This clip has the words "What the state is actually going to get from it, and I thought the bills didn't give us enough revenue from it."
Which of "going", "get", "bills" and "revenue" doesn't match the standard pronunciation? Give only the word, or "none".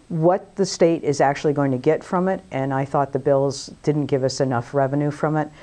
none